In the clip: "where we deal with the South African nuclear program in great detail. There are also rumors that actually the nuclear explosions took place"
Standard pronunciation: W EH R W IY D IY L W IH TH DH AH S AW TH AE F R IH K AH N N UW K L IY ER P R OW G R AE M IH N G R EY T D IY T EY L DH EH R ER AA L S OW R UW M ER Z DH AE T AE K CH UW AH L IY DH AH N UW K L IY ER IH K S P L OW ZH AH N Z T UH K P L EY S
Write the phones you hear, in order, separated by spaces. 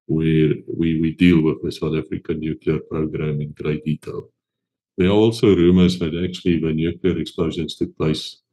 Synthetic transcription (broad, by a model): W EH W W IY D IY L W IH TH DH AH S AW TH AE F R IH K AH N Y UW K L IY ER P R OW G R AE M IH N G R EY T D IY T EY L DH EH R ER AA L S OW R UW M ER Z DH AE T AE K CH UW AH L IY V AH N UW K L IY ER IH K S P L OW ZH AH N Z T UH K P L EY S